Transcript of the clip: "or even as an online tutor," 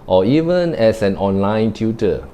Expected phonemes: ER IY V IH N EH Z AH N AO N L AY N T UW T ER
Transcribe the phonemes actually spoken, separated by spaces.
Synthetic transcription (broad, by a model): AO IY V IH N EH S AH N AO N L AY N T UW T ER